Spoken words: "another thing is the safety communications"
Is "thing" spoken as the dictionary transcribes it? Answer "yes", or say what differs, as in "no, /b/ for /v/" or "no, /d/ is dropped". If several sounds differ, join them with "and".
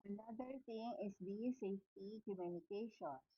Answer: no, /t/ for /θ/